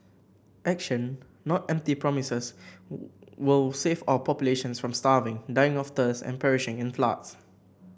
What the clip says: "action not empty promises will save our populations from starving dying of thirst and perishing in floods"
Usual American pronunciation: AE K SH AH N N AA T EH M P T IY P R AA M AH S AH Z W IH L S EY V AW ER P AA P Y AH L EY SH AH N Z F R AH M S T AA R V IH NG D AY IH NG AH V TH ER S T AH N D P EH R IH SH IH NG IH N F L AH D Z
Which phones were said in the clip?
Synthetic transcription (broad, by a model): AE K SH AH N N AA T EH M P T IY P R AA M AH S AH S W IH L S EY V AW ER P AA P Y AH L EY SH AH N S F R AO M S T AA V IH NG D AY IH NG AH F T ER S AH N P EH R IH SH IH NG IH N F L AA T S